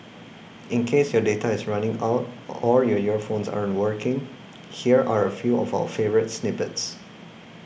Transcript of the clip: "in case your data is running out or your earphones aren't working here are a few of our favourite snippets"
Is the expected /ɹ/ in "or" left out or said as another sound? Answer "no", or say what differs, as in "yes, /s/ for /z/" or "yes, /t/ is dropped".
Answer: yes, /l/ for /ɹ/